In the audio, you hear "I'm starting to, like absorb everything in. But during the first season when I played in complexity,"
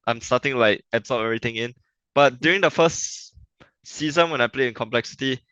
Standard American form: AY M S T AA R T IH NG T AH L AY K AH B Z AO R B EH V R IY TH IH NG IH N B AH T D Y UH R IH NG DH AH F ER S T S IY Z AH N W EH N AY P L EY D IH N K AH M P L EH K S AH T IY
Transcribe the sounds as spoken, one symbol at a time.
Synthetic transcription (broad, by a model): AY M S T AA T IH NG L AY K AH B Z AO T EH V R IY T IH NG IH N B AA T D Y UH R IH NG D AH F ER S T S IY Z AH N W EH N AY P L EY IH N K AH M P L EH K S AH T IY